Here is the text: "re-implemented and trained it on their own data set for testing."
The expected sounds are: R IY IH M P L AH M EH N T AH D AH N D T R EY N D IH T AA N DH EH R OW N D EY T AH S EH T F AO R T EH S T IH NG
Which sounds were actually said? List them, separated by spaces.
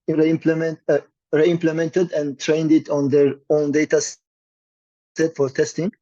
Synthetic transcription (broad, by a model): R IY IH M P L AH M EH N T AH D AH N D T R EY N D IH T AA N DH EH R OW N D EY T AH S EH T F AO R T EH S T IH NG